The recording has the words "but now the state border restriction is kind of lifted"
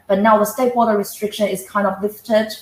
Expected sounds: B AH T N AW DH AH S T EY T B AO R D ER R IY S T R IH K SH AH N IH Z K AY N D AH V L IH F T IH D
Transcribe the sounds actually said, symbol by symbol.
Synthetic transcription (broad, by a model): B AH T N AW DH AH S T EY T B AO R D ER R IY S T R IH K SH AH N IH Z K AY N D AH V L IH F T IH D